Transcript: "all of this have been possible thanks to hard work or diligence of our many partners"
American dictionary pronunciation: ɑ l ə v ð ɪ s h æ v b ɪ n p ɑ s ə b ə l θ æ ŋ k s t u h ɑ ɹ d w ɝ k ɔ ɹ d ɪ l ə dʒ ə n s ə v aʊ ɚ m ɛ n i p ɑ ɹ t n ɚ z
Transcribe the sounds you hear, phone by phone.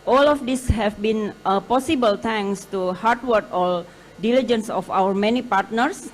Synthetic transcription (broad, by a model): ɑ l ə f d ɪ s h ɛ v b ɪ n p ɑ s ə b ə l t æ ŋ s t u h ɑ ɹ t w ɝ k ɔ l d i l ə dʒ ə n s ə f aʊ ɚ m ɛ n i p ɑ ɹ t n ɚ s